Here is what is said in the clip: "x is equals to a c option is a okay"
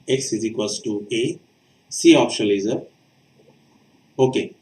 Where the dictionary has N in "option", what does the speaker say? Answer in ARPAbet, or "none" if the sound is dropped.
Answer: L